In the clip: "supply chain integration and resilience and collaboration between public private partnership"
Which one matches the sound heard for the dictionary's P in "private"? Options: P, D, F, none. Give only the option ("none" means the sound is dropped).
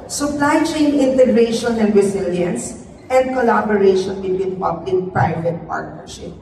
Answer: P